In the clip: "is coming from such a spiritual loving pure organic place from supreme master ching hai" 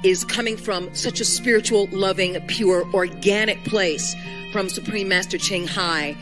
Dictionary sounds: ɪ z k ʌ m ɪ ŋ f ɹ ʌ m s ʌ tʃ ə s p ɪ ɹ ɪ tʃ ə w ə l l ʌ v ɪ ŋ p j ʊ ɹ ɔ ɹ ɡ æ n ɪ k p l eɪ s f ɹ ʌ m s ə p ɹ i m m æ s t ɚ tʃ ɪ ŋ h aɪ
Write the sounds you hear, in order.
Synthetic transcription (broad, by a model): ɪ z k ʌ m ɪ ŋ f ɹ ʌ m s ʌ tʃ ə s p ɪ ɹ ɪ tʃ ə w l l ʌ v ɪ ŋ p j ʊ ɹ ɔ ɹ ɡ æ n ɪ k p l eɪ s f ɹ ʌ m s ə p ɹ i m m æ s t ɚ tʃ ɪ ŋ h aɪ